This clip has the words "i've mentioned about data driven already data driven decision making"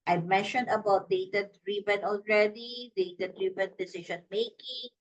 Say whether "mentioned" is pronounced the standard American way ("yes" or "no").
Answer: yes